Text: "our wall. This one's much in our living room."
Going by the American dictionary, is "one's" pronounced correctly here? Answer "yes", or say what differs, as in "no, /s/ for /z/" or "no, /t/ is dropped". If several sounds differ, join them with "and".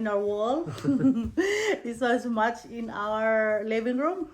no, /n/ is dropped